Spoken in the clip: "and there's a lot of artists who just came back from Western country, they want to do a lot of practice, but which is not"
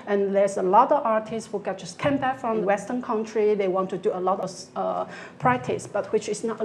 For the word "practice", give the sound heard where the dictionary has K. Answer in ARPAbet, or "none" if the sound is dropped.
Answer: none